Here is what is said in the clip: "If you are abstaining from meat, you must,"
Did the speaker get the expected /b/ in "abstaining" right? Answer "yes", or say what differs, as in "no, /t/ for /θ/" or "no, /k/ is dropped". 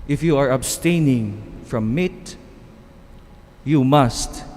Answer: yes